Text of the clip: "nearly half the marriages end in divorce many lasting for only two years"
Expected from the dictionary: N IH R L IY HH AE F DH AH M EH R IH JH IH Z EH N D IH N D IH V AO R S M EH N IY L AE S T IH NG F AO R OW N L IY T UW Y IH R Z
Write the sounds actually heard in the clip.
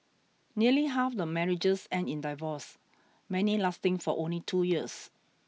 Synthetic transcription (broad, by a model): N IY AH L IY HH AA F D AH M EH R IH JH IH S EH N IH N D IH V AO S M EH N IY L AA S T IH NG F AO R OW N L IY T UW Y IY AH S